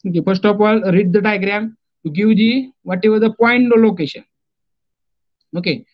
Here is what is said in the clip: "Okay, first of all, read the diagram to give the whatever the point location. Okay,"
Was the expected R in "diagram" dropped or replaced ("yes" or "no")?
no